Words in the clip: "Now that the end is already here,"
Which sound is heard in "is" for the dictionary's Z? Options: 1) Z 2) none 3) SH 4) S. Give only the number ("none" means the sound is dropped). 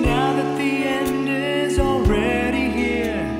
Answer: 1